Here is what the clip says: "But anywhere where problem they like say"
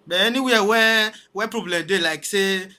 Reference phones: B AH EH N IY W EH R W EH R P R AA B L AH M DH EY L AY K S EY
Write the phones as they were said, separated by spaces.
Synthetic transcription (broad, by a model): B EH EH N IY W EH W W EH P R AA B L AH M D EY L AY K S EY